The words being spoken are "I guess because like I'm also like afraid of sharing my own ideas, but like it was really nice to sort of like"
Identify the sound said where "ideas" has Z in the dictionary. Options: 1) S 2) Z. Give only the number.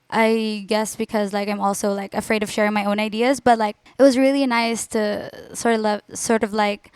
2